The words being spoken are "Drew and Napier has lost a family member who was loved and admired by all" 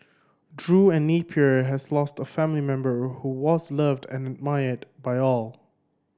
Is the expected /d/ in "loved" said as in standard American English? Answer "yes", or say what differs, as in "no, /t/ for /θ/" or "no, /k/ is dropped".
yes